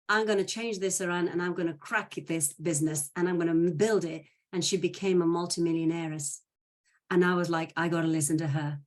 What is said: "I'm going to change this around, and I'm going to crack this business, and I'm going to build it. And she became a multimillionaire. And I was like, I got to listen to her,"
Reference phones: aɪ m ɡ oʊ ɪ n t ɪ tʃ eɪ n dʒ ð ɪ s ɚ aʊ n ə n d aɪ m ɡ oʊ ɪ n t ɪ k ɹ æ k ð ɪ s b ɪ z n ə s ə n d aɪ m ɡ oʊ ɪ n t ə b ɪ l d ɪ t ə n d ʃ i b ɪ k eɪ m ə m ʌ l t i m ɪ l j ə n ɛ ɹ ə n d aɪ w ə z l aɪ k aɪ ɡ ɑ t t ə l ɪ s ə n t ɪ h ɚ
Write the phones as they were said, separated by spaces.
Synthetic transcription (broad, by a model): aɪ m ɡ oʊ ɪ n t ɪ tʃ eɪ n dʒ ð ɪ s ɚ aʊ n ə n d aɪ m ɡ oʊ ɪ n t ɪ k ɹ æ k ð ɪ s b ɪ z n ə s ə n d aɪ m ɡ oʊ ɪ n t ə b ɪ l d ɪ t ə n ʃ i b ɪ k eɪ m ə m ʌ l t i m ɪ l j ə n ɛ ɹ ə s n aɪ w ə z l aɪ k aɪ ɡ ɑ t t ə l ɪ s ə n t ɪ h ɚ